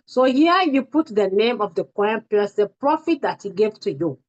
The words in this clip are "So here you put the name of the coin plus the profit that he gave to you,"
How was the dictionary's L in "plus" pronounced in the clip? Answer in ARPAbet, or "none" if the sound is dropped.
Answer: none